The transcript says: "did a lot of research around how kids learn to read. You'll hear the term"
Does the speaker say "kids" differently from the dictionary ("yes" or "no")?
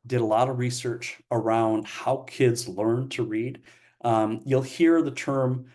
no